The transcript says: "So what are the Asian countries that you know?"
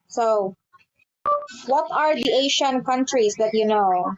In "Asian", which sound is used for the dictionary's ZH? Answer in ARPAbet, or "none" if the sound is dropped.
SH